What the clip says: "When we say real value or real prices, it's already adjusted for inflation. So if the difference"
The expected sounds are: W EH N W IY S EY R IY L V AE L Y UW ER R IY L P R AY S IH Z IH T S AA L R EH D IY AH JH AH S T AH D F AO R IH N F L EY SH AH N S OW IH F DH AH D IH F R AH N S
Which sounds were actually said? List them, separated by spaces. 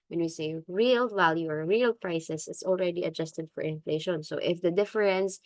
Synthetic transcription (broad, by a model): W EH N W IY S EY R IY L V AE L Y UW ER R IY L P R AY S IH S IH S AA L R EH D IY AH JH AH S T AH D F AO R IH N F L EY SH AH N S OW IH F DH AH D IH F R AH N S